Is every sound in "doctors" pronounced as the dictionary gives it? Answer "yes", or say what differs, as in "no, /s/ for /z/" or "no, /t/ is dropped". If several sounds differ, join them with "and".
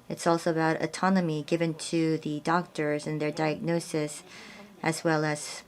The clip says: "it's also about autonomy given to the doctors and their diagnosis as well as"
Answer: yes